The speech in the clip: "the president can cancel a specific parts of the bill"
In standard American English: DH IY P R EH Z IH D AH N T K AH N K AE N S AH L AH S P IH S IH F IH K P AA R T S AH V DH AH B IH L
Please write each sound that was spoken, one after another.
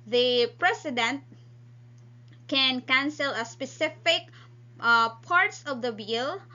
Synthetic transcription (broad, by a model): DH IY P R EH S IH D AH N T K AH N K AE N S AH L AH S P IH S IH F IH K P AA R T S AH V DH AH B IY L